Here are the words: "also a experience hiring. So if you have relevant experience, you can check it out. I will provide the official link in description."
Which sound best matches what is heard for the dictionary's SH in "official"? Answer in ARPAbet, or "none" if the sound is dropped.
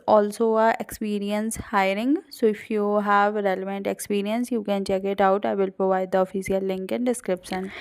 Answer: S